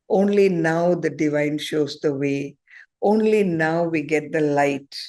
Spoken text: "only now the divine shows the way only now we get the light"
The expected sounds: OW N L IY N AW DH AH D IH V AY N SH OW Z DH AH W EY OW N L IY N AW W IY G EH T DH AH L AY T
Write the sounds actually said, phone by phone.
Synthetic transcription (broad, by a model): OW N L IY N AW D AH D IH V AY N SH OW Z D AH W EY OW N L IY N AW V IY G EH T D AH L AY T